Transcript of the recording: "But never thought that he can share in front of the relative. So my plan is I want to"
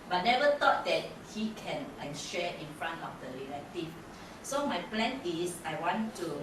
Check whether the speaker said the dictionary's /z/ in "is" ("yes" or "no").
no